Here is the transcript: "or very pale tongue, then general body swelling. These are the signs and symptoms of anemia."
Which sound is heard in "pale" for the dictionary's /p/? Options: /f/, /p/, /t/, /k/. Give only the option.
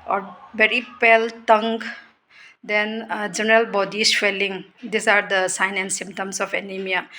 /p/